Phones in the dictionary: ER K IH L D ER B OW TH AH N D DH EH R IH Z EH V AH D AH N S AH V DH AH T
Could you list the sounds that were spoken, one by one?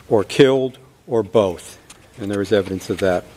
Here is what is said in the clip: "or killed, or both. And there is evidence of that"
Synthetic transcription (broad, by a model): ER K IH L D ER B OW TH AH N DH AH R IH Z EH V AH D AH N S AH V DH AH T